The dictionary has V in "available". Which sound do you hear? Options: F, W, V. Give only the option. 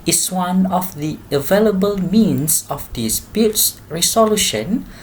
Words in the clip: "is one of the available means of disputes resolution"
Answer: V